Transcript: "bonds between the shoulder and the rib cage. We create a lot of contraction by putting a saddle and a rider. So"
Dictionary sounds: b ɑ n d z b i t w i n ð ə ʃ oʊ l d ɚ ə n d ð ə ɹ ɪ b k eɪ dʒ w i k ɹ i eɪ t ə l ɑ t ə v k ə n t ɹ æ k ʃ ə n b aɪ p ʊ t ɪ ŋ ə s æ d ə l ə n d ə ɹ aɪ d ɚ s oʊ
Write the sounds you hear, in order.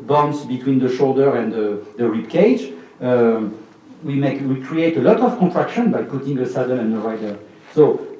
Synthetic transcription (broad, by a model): b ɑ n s b i t w i n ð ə ʃ oʊ l d ɚ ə n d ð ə ɹ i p k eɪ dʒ w i k ɹ i eɪ t ə l ɑ t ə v k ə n t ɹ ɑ k ʃ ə n b aɪ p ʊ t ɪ ŋ ə s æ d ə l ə n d ə ɹ aɪ d ɚ s oʊ